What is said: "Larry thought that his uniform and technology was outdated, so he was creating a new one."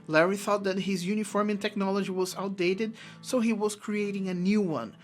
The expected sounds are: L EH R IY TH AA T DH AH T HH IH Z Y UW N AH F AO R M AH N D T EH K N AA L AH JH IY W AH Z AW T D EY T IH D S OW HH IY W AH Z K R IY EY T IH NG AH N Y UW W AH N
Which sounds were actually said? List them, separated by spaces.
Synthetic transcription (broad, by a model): L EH R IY TH AA T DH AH T HH IH Z Y UW N AH F AO R M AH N T EH K N AA L AH JH IY W AH Z AW T D EY T IH D S OW HH IY W AH Z K R IY EY T IH NG AH N Y UW W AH N